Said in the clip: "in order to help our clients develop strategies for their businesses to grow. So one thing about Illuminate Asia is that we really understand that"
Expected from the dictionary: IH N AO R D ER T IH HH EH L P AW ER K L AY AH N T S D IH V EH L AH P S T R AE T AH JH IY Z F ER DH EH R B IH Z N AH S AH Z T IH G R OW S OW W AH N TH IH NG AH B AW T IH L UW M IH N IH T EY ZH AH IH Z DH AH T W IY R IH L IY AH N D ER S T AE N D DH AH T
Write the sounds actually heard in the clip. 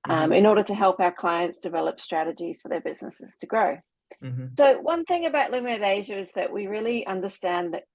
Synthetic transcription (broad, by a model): IH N AO R D ER T IH HH EH L P AW ER K L AY AH N T S D IH V EH L AH P S T R AE T AH JH IY Z F ER DH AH R B IH Z N AH S AH Z T IH G R OW S OW W AH N TH IH NG AH B AW T L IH M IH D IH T EY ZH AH IH Z DH AH T W IY R IH L IY AH N D ER S T AE N DH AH T